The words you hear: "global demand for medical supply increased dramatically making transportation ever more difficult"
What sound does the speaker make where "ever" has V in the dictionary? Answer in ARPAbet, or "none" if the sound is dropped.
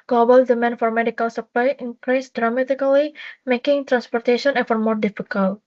F